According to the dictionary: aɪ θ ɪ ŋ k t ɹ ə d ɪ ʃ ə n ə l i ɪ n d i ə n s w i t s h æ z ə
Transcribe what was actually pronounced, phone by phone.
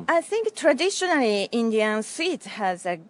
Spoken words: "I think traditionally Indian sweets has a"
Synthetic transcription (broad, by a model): aɪ θ ɪ ŋ k t ɹ ə d ɪ ʃ ə n ə l i ɪ n d i ə n s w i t h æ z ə